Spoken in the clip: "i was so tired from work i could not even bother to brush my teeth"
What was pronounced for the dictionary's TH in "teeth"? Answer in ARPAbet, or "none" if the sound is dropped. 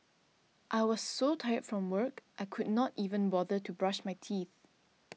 TH